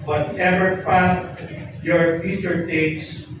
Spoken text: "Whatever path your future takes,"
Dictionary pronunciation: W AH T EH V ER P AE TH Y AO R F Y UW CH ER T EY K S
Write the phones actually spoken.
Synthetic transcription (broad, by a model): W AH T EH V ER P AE S Y AO R F Y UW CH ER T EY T S